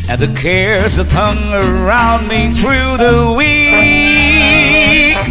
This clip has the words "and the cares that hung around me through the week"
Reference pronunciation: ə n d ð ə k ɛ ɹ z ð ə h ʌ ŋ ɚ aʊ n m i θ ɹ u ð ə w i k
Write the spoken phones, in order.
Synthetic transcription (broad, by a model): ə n ð ə k ɛ ɹ z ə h ʌ ŋ ɚ aʊ n m i θ ɹ u ð ə w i